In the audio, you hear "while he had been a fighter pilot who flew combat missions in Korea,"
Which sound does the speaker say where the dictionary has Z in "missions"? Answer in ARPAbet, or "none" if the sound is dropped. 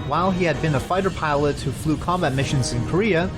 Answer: Z